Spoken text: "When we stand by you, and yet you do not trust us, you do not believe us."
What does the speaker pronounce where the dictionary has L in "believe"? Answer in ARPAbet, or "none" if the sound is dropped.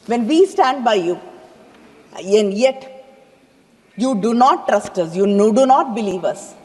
L